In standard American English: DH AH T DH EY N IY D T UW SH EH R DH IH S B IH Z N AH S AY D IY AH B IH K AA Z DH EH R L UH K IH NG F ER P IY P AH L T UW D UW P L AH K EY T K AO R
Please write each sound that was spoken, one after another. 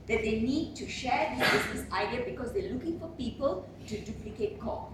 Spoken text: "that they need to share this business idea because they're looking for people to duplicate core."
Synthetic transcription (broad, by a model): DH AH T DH EY N IY D T UW SH EH R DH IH B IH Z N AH S AY D IY AH B IH K AA Z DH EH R L UH K IH NG F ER P IY P AH L T UW D UW P L AH K EY T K AO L